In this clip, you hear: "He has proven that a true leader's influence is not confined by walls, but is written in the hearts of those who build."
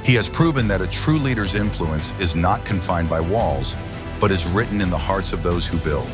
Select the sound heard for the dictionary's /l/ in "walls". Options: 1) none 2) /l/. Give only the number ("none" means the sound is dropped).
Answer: 2